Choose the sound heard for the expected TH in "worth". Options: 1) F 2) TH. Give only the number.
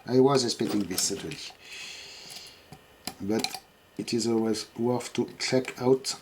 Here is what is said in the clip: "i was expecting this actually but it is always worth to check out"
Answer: 1